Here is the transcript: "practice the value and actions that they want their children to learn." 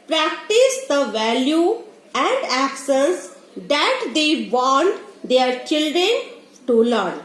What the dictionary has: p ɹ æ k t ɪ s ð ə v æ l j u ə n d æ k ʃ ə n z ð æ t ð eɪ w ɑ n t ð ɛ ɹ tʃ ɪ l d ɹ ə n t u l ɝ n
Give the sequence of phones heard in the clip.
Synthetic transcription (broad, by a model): p ɹ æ k t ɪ s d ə v æ l j u ə n d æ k s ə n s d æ t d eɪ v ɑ n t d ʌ ɹ tʃ ɪ l d ɹ ə n t u l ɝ n